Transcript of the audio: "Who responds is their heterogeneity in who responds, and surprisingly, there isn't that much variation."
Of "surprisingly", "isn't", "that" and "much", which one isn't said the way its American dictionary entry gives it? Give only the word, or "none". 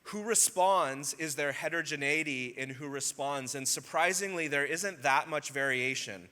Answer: none